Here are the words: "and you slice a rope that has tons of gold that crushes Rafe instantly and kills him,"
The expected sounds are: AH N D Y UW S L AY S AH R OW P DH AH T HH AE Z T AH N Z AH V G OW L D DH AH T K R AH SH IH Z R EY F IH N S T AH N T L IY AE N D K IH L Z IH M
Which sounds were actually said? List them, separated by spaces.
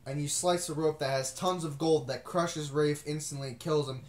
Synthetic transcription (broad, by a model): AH N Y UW S L AY S AH R OW P DH AH T HH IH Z T AH N Z AH V G OW L D DH AH T K R AH SH IH Z R EY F IH N S T AH N T L IY K IH L Z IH M